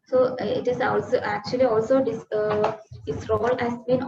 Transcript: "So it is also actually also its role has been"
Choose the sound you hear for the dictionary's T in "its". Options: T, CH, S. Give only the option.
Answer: S